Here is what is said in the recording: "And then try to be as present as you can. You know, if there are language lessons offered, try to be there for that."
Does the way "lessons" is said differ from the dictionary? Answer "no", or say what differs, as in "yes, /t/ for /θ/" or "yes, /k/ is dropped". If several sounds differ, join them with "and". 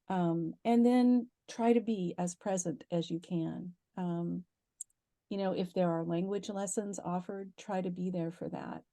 no